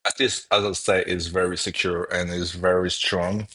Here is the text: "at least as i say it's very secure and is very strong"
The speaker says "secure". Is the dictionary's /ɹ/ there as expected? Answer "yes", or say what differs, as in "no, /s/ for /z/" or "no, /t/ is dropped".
yes